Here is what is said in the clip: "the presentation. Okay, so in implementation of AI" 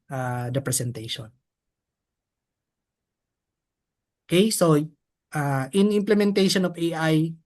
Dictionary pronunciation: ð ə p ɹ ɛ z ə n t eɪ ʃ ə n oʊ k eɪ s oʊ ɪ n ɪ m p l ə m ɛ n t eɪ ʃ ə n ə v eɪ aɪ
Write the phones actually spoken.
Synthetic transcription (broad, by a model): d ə p ɹ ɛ s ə n t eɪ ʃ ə n oʊ k eɪ s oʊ ɪ n ɪ m p l ə m ɛ n t eɪ ʃ ə n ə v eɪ aɪ